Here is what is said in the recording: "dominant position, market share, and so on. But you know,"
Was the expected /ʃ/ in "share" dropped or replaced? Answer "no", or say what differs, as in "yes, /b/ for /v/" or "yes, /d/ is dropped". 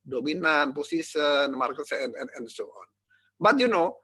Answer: yes, /s/ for /ʃ/